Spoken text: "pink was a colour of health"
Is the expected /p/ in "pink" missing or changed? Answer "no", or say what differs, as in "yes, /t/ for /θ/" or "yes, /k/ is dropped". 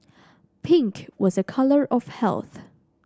no